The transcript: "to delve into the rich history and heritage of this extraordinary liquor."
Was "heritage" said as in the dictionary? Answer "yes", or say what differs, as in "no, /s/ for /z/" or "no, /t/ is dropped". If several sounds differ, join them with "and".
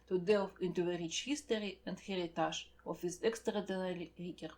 no, /ʒ/ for /dʒ/